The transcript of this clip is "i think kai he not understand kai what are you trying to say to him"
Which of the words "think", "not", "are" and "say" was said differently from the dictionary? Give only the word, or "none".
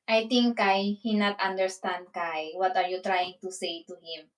think